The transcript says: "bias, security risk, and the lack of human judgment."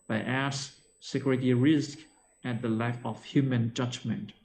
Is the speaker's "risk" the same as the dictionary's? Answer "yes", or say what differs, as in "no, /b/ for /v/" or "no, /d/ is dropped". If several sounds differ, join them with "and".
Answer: yes